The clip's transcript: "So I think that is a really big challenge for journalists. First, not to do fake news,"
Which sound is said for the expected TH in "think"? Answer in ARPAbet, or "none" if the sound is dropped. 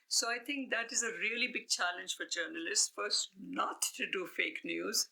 T